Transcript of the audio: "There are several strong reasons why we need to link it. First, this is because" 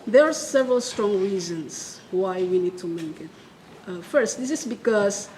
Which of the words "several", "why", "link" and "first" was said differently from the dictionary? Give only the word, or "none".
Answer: link